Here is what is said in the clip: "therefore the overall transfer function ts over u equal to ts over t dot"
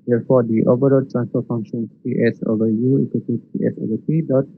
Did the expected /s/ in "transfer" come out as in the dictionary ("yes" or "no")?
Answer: no